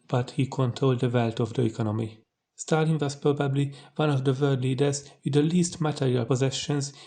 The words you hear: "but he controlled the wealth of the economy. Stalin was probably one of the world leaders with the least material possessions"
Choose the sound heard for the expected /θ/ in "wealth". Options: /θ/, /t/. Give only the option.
/t/